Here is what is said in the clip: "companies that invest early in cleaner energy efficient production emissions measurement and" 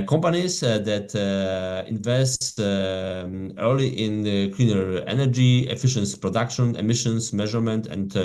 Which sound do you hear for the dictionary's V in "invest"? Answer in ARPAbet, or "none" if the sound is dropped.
V